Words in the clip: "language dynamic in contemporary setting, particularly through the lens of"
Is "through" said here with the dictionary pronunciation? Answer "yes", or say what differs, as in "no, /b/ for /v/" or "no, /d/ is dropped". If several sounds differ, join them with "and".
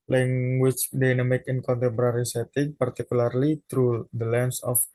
no, /t/ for /θ/